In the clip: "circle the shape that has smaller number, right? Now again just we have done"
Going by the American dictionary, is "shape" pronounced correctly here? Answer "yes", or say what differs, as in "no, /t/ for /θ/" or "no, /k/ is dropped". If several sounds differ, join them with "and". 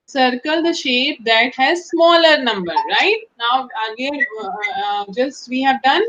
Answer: yes